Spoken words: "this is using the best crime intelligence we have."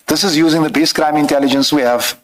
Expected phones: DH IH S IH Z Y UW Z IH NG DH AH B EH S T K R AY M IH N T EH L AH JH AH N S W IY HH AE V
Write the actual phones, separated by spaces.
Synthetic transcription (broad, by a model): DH IH S IH Z Y UW Z IH NG DH AH B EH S K R AY M IH N T EH L AH JH AH N S W IY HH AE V